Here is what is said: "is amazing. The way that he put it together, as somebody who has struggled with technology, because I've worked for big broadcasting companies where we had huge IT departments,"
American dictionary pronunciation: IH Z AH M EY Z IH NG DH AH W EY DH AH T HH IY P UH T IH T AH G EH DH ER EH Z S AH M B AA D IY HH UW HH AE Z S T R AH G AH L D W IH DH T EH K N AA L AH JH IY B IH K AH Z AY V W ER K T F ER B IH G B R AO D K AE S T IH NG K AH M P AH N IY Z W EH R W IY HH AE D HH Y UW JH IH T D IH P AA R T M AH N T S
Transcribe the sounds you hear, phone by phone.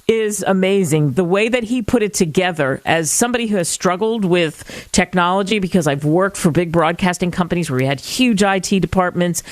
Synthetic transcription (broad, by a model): IH Z AH M EY Z IH NG DH AH W EY DH AH T HH IY P UH T IH T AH G EH DH ER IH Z S AH M B AA D IY HH UW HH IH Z S T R AH G L D W IH DH T EH K N AA L AH JH IY B IH K AH Z AY V W ER K T F ER B IH G B R AO D K AE S T IH NG K AH M P AH N IY Z W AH R W IY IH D HH Y UW JH IH T D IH P AA R T M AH N T S